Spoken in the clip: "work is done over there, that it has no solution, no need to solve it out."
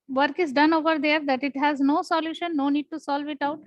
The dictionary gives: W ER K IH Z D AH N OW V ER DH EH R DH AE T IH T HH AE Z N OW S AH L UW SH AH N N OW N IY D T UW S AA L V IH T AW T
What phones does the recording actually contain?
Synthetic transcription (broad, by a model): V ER K IH Z D AH N OW V ER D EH R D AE T IH T HH AE Z N OW S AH L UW SH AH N N OW N IY D T UW S AA L V IH T AW T